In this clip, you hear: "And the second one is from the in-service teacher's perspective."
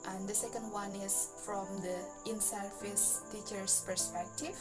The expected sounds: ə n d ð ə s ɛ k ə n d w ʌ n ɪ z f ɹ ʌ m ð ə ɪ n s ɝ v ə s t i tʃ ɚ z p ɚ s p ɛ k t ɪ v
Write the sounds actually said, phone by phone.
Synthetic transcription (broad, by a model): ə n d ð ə s ɛ k ə n d w ʌ n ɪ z f ɹ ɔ m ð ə ɪ n s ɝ f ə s t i tʃ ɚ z p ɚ s p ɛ k t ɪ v